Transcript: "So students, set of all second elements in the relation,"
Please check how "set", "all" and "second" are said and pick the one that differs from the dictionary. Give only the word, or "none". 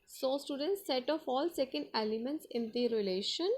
none